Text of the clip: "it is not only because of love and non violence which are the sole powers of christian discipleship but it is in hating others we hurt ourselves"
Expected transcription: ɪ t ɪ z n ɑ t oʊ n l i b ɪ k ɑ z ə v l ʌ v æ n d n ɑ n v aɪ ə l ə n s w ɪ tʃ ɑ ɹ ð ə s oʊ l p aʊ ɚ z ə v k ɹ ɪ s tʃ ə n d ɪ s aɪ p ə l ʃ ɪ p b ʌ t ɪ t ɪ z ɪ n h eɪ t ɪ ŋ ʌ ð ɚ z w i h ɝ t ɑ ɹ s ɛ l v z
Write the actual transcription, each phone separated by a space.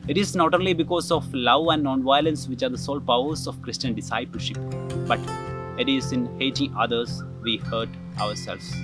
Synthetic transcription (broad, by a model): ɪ t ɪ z n ɑ t oʊ n l i b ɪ k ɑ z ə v l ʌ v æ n d n ɑ n v aɪ ə l ə n s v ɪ tʃ ɑ ɹ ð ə s oʊ l p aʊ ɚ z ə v k ɹ ɪ s tʃ ə n d ɪ s aɪ p ə l ʃ ɪ p b ʌ t ɪ t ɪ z ɪ n h eɪ t ɪ ŋ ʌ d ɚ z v i h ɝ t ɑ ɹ s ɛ l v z